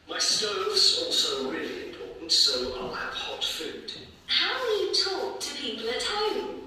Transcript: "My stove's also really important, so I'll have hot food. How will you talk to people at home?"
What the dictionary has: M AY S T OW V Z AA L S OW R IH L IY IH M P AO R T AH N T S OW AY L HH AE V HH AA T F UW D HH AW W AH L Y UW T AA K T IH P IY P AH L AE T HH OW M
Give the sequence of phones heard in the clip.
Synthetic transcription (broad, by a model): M AY S T OW V Z AA L S OW R IH L IY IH M P AO R T N T S OW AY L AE P HH AA T F UW D HH AW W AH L Y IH T AA K T IH P IY P AH L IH T HH OW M